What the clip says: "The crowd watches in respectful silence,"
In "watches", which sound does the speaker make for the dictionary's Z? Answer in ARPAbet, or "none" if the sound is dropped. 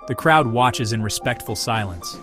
Z